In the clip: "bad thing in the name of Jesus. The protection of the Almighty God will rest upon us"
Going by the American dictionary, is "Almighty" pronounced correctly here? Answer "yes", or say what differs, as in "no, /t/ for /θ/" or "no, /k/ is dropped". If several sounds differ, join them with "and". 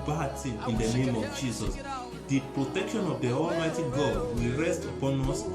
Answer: yes